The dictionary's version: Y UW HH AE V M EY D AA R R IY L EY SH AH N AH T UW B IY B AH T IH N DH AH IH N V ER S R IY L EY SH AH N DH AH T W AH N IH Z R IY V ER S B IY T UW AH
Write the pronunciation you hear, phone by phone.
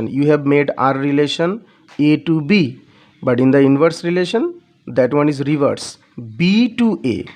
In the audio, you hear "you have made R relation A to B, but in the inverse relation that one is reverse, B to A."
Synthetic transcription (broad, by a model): Y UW HH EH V M EY D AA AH R IY L EY SH AH N AH T UW B IY B AH T IH N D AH IH N V ER S R IY L EY SH AH N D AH T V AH N IH Z R IY V ER S B IY T UW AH